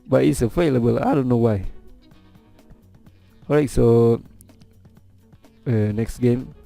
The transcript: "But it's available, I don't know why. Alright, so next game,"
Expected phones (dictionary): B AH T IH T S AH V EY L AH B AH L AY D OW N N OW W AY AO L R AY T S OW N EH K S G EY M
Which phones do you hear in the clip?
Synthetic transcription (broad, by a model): B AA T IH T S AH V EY L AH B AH L AY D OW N N OW W AY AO R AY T S OW N EH K S G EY M